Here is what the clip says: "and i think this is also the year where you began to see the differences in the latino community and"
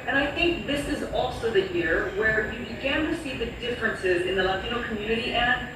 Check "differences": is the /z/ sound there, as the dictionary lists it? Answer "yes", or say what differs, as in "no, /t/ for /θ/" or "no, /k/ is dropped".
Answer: yes